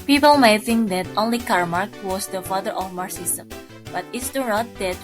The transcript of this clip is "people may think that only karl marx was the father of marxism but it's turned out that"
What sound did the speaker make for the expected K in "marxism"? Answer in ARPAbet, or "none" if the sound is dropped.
none